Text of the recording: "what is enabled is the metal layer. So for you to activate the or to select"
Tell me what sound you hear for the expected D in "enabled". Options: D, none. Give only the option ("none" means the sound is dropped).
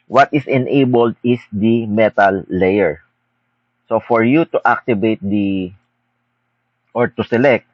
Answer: D